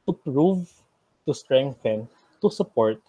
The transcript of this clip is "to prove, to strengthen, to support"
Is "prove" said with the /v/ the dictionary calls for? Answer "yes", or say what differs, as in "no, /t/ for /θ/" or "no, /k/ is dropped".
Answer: yes